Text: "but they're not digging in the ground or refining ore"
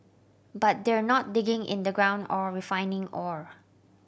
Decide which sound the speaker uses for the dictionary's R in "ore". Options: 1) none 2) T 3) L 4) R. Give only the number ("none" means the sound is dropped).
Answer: 4